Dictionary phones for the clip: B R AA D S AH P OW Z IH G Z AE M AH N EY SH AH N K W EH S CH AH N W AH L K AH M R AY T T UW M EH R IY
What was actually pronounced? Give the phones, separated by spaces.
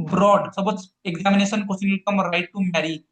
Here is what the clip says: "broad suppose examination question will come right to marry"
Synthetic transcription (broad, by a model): B R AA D S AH B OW S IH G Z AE M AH N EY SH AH N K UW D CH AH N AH L K AH M R AY T T UW M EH R IY